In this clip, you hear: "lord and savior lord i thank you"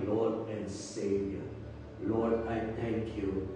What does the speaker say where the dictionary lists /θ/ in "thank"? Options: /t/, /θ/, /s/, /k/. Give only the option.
/t/